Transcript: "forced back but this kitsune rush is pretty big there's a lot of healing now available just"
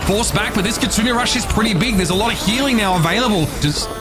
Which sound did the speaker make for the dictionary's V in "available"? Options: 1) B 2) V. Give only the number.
2